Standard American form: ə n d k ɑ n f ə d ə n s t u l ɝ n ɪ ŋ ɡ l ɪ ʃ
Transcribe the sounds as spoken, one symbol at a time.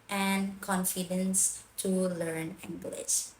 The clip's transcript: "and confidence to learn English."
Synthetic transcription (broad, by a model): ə n d k ɑ n f ə d ə n s t u l ɝ n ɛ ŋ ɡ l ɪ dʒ